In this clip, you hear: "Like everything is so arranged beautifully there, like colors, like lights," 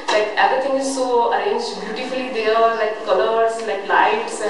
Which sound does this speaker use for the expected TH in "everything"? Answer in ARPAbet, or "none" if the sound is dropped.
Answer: T